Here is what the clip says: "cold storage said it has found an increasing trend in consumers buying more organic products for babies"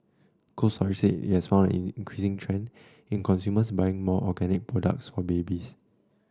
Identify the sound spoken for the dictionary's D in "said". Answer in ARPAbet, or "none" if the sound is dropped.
none